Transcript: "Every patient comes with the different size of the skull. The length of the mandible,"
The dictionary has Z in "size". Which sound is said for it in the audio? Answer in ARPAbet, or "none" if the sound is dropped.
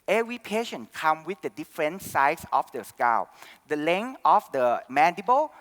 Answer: S